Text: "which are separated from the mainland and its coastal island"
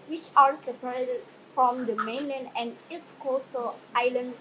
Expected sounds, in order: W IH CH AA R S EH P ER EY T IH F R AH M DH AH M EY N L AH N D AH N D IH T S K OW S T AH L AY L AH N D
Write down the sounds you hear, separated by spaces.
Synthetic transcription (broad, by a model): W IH CH AA R S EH P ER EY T F R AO M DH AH M EY N L AH N D AH N D IH T S K OW S T AH L AY L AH N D